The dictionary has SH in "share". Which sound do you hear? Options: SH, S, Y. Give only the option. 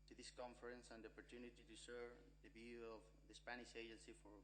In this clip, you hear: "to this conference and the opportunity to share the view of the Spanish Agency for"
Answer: S